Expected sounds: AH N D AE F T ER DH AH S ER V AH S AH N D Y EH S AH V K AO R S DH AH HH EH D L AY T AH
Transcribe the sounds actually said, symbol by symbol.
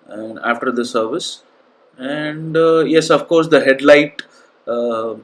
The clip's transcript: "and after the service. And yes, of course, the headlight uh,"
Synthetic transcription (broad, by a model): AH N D AE F T ER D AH S ER V AH S AH N D Y EH S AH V K AO R S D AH HH EH D L AY T